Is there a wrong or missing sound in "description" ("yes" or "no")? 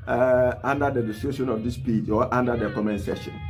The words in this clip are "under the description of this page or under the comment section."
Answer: yes